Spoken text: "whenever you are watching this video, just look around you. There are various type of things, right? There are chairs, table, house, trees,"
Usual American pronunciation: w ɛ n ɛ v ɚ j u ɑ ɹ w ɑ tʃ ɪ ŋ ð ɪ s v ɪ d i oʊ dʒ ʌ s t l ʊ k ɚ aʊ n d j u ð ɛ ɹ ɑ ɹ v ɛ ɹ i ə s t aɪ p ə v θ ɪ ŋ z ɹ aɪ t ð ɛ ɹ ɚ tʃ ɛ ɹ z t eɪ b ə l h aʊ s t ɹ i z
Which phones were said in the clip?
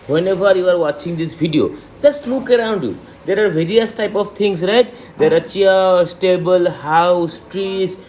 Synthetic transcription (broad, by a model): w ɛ n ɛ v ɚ j u ɑ ɹ w ɑ tʃ ɪ ŋ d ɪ s b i d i oʊ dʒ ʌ s t l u k ɚ aʊ n d j u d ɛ ɹ ɑ ɹ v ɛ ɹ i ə s t aɪ p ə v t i ŋ s ɹ aɪ t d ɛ ɹ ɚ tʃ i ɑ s t eɪ b ə l h aʊ s t ɹ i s